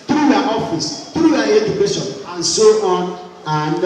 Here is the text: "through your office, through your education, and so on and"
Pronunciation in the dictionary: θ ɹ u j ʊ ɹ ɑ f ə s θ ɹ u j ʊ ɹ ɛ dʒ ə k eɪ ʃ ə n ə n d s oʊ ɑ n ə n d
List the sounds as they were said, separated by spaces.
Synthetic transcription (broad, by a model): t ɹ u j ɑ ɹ ɑ f ə s t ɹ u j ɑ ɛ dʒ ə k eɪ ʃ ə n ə n s oʊ ɑ n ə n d